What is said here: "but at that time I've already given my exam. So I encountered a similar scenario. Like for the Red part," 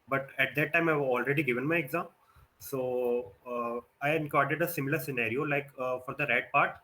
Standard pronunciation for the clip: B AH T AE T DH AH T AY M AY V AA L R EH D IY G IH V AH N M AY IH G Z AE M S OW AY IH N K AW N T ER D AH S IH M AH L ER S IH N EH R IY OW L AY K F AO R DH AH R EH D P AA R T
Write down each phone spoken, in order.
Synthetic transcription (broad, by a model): B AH T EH T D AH T AY M AY V AA L R EH D IY G IH V AH N M AY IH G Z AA M S OW AY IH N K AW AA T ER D AH S IH M AH L ER S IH N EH R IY OW L AY K F AO R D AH R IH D P AA R T